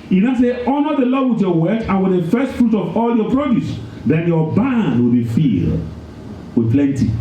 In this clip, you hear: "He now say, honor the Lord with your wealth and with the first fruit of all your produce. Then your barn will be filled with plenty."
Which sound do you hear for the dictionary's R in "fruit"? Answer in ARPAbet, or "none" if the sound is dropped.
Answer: R